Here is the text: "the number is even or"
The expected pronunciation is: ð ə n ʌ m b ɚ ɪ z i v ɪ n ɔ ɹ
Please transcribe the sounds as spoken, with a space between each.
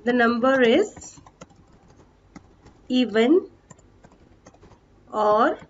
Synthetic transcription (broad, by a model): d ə n ʌ m b ɚ ɪ z i v ɪ n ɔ ɹ